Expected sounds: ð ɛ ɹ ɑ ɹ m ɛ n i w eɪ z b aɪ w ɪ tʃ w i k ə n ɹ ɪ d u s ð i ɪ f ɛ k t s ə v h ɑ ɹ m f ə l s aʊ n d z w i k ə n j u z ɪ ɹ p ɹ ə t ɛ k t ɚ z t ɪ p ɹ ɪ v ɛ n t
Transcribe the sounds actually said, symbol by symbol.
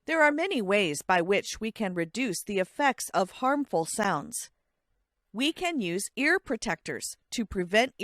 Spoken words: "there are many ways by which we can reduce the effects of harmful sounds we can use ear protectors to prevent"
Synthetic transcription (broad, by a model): ð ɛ ɹ ɑ ɹ m ɛ n i w eɪ z b aɪ w ɪ tʃ w i k ə n ɹ ɪ d u s ð i ɪ f ɛ k t s ə v h ɑ ɹ m f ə l s aʊ n d z w i k ə n j u z ɪ ɹ p ɹ ə t ɛ k t ɚ z t ɪ p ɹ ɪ v ɛ n t